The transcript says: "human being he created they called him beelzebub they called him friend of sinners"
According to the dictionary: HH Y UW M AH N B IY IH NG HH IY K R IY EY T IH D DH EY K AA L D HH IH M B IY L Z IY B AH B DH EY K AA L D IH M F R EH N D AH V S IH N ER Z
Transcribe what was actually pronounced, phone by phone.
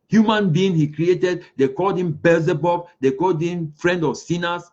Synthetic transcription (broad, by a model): HH Y UW M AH N B IY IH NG HH IY K R IY EY T IH D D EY K AA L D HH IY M B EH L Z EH B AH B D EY K AA L D IH M F R EH N D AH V S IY N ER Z